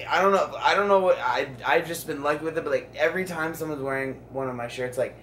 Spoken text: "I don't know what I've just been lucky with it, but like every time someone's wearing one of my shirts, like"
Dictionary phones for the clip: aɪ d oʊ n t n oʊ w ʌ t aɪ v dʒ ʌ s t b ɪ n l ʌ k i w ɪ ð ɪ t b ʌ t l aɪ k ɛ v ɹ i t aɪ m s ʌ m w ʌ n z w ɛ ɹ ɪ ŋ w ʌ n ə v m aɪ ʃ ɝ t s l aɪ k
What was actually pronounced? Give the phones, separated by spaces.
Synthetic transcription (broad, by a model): aɪ d oʊ n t n oʊ w ʌ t aɪ v dʒ ʌ s b ɪ n l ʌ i w ɪ ð ɪ t b ʌ t l aɪ k ɛ v ɹ i t aɪ m s ʌ m w ʌ n z w ɛ ɹ ɪ ŋ w ʌ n ə v m aɪ ʃ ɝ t s l aɪ k